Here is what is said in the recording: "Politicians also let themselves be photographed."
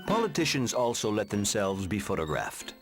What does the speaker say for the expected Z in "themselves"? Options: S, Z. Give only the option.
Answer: Z